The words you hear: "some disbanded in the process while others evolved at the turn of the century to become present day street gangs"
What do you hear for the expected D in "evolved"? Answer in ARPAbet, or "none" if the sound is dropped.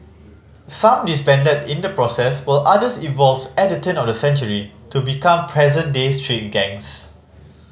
none